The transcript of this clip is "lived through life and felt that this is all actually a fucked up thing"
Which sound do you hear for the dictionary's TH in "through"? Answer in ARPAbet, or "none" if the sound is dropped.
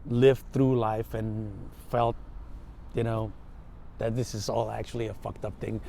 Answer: TH